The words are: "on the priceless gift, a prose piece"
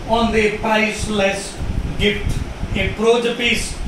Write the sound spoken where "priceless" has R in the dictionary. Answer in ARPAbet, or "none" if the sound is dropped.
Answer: none